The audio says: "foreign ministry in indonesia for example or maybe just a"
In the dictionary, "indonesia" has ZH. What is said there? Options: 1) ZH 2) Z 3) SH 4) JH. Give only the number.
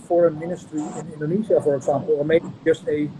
2